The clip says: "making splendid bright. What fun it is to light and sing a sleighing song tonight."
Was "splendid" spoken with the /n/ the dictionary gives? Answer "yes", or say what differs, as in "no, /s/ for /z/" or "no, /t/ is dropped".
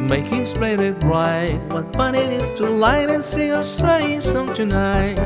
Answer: no, /n/ is dropped